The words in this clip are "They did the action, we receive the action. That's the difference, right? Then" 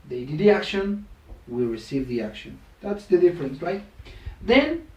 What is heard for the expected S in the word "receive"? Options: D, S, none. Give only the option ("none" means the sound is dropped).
S